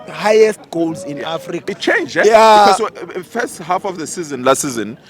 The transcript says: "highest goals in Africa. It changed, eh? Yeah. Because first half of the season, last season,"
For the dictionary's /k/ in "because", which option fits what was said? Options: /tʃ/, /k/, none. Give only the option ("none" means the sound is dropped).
none